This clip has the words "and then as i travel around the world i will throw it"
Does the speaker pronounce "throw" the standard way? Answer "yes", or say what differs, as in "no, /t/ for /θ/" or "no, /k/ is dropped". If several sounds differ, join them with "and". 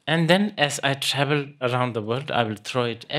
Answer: no, /t/ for /θ/